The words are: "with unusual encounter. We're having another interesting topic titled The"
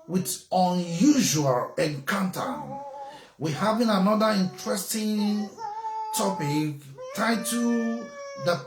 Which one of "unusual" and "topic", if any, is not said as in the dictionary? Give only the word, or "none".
none